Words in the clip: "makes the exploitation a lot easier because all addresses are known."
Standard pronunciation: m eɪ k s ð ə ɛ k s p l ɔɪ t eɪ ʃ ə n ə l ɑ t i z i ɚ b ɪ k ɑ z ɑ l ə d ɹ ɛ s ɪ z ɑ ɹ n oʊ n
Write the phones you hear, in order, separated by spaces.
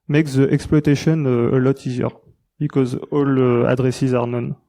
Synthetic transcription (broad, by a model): m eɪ k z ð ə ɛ k s p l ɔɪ t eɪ ʃ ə n ə l ɑ t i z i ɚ b ɪ k ɑ z ɑ l ə d ɹ ɛ s ɪ z ɑ ɹ n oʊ n